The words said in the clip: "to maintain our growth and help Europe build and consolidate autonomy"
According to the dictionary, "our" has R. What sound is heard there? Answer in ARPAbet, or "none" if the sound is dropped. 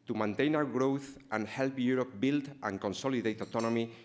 W